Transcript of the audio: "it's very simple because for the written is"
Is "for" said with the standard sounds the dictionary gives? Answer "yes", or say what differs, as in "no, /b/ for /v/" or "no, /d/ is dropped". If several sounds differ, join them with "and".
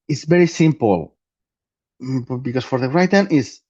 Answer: yes